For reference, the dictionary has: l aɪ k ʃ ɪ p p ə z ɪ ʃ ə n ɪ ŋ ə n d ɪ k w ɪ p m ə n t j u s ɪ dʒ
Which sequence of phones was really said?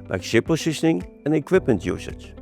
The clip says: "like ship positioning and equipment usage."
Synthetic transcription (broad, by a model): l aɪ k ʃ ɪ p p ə s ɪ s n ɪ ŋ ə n ɪ k w ɪ p m ə n t j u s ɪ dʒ